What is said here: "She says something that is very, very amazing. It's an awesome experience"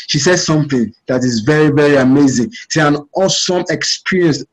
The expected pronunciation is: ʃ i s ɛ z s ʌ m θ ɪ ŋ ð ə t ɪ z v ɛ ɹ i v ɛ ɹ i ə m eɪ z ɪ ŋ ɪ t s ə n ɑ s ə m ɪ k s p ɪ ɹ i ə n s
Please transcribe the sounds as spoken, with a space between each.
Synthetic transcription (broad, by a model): ʃ i s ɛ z s ʌ m θ ɪ ŋ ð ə t ɪ z v ɛ ɹ i v ɛ ɹ i ə m eɪ z ɪ ŋ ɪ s ə n ɑ s ə m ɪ k s p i ɹ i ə n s